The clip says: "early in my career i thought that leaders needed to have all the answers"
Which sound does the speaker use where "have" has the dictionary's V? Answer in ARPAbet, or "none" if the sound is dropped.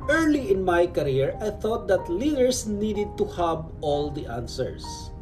B